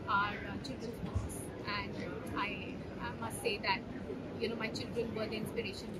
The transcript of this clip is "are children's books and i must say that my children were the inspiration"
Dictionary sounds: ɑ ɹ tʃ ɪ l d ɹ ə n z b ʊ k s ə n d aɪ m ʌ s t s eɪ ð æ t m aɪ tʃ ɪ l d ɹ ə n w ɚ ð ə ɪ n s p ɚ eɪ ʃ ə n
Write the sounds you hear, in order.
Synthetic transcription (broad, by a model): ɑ ɹ tʃ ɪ l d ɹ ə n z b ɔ s ə n d aɪ m ʌ s t s eɪ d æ t m aɪ tʃ ɪ l d ɹ ə n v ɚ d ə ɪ n s p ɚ eɪ ʃ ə n